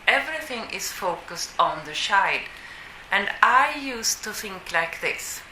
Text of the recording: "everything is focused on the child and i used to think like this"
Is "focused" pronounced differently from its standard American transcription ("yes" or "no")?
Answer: no